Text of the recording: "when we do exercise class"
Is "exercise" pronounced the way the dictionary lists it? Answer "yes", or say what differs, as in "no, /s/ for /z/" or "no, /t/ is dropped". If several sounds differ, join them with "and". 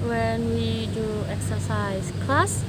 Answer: no, /s/ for /z/